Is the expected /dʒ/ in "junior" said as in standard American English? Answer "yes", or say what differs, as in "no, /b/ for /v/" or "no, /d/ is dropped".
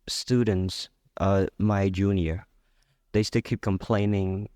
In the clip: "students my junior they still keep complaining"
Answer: yes